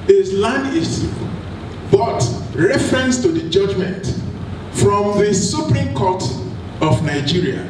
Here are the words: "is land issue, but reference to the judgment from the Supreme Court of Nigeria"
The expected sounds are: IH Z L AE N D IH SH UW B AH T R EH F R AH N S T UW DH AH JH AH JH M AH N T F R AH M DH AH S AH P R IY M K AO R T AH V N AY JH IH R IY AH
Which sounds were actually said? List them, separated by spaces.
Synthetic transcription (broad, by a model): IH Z L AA N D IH S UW B AH T R EH F R AH N S T UW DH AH JH AH JH M AH N T F R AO M DH AH S AH P R IY M K AO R T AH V N AY JH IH R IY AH